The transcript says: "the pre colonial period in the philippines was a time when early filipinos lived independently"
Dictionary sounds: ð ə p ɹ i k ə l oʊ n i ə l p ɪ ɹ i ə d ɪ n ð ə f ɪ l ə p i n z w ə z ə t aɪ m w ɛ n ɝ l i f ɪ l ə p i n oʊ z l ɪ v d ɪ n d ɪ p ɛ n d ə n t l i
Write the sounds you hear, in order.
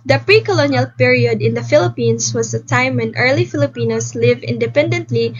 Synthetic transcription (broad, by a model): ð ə p ɹ i k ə l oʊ n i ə l p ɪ ɹ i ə d ɪ n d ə f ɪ l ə p i n s w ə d ə t aɪ m w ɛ n ɝ l i f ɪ l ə p i n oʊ s l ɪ v ɪ n d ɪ p ɛ n d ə n t l i